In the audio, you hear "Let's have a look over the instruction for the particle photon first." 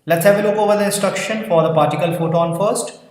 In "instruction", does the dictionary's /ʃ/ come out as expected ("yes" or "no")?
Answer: yes